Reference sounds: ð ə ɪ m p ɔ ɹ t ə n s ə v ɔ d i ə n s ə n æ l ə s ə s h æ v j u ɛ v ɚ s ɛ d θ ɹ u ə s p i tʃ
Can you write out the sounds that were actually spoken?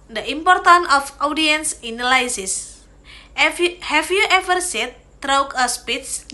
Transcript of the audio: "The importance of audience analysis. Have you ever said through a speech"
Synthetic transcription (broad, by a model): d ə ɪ m p ɔ ɹ t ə n ə f ɔ d i ə n s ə n l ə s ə s h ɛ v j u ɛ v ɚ s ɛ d t ɹ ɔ ə s p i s